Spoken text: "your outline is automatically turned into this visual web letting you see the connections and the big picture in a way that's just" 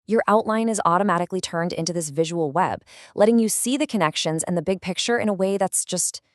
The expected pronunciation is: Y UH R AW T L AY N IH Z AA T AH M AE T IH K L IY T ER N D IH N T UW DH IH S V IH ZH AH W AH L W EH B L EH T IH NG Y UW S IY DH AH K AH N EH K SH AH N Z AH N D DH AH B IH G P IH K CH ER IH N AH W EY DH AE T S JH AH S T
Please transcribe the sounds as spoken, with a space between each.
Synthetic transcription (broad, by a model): Y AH R AW T L AY N IH Z AA T AH M AE T IH K L IY T ER N D IH N T UW DH IH S V IH ZH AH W L W EH B L EH T IH NG Y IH S IY DH AH K AH N EH K SH AH N Z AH N DH AH B IH G P IH K CH ER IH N AH W EY DH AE T S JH AH S T